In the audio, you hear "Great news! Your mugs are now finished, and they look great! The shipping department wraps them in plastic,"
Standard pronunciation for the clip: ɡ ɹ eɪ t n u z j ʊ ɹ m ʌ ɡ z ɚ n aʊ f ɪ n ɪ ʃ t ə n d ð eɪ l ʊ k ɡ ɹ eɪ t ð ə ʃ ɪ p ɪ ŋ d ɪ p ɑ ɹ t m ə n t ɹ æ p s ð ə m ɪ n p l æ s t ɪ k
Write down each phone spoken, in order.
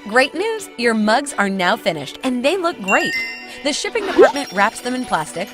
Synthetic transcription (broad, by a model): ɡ ɹ eɪ t n u z j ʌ ɹ m ʌ ɡ z ɚ n aʊ f ɪ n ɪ ʃ t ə n ð eɪ l ʊ k ɡ ɹ eɪ t ð ə ʃ ɪ p ɪ ŋ d ɪ p ɑ ɹ t m ə n t ɹ æ p s ð ə m ɪ n p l æ s t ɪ k